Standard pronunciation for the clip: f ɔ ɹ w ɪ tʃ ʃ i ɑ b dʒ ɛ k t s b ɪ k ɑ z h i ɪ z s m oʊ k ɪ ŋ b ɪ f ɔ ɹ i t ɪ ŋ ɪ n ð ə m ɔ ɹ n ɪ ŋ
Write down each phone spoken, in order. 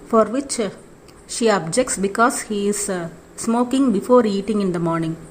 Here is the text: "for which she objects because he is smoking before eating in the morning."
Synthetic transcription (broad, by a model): f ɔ ɹ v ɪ tʃ ʃ i ɑ b dʒ ɛ k t s b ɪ k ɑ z h i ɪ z s m oʊ k ɪ ŋ b ɪ f ɔ ɹ i t ɪ ŋ ɪ n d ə m ɔ ɹ n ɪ ŋ